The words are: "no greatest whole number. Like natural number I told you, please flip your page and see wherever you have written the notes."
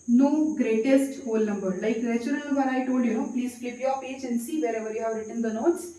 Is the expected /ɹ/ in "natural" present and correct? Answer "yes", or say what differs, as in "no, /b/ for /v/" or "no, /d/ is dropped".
no, /ɹ/ is dropped